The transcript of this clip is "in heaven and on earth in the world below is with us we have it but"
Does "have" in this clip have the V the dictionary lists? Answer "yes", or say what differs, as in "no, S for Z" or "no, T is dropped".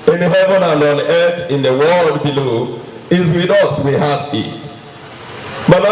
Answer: no, F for V